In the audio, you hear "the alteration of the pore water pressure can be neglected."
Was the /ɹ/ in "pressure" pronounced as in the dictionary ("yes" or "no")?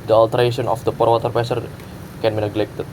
no